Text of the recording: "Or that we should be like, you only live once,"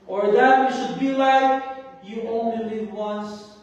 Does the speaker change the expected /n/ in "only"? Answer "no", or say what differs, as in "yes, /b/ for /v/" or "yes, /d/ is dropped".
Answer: no